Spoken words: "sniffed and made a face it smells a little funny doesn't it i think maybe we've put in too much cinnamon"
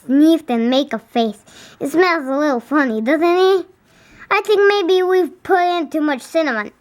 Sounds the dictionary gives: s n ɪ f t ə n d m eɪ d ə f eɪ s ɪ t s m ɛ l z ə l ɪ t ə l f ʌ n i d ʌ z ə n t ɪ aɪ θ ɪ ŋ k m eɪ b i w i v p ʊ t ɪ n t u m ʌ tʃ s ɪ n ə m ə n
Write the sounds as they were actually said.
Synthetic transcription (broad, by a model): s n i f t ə n m eɪ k ə f eɪ s ɪ t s m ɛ n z ə l ɪ t l f ʌ n i d ʌ z ə n t ɪ aɪ θ ɪ ŋ k m eɪ b i w i v p ʊ t ɪ n t u m ʌ tʃ s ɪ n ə m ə n